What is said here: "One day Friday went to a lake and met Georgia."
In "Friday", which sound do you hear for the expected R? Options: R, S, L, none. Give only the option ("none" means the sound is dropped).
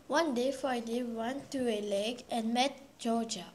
none